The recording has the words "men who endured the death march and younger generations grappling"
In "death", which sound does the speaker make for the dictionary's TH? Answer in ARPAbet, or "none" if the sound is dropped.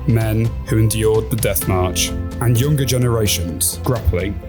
TH